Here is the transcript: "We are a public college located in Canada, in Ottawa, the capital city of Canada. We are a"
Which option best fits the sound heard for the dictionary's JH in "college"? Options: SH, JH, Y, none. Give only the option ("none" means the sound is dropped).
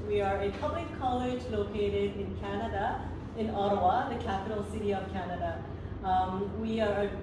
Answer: JH